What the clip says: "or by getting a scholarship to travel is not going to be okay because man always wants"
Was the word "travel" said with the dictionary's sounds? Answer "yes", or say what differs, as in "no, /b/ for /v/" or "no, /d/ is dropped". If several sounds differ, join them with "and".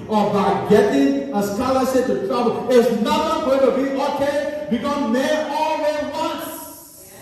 no, /b/ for /v/